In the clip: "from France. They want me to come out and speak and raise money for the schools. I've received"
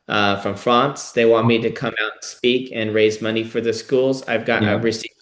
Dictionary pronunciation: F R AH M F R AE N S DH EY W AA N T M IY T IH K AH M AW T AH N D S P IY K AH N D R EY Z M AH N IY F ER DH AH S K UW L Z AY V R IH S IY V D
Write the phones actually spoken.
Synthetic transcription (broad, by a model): F R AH M F R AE N S DH EY W AA N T M IY T IH K AH M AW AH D S P IY K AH N R EY Z M AH N IY F ER DH AH S K UW L Z AY V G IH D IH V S